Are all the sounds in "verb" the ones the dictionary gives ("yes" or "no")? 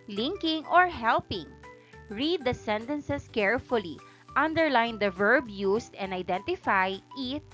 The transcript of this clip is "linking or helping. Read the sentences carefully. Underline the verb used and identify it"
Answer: yes